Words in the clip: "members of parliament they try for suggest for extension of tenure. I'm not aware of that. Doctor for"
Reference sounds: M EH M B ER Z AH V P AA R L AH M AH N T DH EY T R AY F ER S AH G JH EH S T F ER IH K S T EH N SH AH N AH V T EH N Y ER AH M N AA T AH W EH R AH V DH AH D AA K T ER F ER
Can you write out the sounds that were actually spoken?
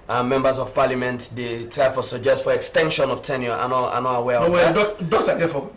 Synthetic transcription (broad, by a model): M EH M B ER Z AH V P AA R L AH M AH N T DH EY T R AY F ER S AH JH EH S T F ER IH K S T EH N SH AH N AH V T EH N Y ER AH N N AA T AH W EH W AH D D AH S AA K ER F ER